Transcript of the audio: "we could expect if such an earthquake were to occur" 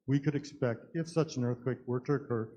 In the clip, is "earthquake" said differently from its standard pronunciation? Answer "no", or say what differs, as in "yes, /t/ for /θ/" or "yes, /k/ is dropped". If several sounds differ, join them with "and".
no